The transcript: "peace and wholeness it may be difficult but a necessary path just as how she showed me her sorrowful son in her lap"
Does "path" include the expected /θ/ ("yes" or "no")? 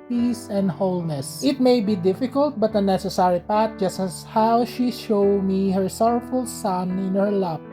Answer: no